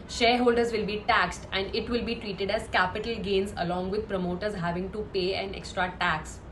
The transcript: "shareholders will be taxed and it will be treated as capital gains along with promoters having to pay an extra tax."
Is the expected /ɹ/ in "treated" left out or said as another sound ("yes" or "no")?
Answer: no